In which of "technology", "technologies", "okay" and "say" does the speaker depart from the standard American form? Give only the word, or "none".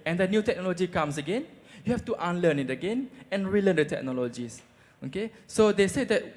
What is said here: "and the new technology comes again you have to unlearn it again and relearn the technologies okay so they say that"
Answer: technologies